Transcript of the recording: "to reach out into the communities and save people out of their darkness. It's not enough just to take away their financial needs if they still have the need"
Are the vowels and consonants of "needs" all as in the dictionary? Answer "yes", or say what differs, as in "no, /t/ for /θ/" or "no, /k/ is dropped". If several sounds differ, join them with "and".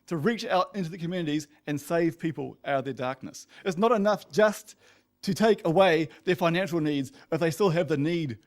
yes